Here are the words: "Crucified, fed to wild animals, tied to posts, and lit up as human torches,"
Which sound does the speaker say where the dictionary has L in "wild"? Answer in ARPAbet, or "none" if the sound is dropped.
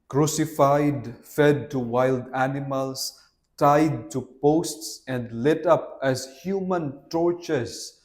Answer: L